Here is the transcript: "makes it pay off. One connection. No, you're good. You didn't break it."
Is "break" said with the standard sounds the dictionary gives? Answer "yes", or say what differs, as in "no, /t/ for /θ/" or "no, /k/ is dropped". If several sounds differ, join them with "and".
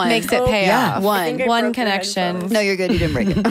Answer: no, /k/ is dropped